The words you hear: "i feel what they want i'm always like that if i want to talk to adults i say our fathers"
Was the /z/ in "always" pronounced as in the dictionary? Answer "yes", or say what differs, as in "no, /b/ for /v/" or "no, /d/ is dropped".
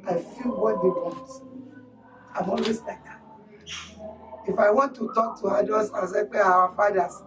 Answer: no, /s/ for /z/